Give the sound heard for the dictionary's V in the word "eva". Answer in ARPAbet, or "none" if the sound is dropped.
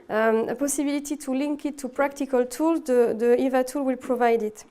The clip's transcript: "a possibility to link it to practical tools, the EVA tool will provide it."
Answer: V